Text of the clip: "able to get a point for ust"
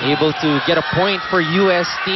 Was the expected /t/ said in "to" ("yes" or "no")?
yes